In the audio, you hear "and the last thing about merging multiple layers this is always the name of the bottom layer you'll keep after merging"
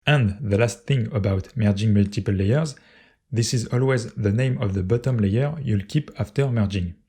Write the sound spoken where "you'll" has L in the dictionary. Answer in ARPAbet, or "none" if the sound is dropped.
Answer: L